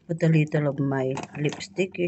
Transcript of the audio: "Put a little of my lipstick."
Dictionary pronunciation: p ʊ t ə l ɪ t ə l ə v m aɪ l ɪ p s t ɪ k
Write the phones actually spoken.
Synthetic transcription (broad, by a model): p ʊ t ə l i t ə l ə b m aɪ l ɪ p s t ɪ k